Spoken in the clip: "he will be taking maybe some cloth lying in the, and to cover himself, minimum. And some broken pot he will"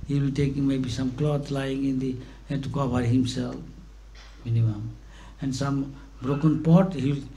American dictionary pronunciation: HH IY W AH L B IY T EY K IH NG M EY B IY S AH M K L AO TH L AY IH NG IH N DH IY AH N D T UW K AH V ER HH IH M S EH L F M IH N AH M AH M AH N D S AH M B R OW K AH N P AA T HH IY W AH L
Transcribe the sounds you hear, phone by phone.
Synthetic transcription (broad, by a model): HH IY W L B IY T EY K IH NG M EY B IY S AH M K L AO T L AY IH NG IH N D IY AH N T UW K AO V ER HH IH M S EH L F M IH N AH M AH M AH N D S AH M B R OW K AH N P AA T HH IY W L